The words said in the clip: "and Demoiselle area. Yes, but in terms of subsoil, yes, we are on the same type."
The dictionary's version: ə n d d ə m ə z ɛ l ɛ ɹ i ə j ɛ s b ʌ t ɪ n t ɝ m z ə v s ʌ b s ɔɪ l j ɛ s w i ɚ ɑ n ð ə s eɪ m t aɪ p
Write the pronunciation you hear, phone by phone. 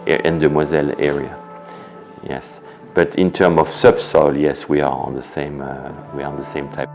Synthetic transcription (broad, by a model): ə n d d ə m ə z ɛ l ɛ ɹ i ə j ɛ s b ʌ t ɪ n t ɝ m ə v s ʌ b s ɔɪ l j ɛ s w i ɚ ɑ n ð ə s eɪ m t aɪ